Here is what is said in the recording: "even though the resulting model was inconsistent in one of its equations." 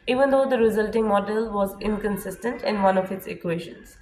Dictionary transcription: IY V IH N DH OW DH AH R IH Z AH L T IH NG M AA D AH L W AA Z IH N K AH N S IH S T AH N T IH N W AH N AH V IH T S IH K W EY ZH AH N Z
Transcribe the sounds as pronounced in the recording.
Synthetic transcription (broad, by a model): IY V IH N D OW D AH R IH Z AH L T IH NG M AA D AH L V AA Z IH N K AH N S IH S T AH N T IH N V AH N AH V IH T S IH K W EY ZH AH N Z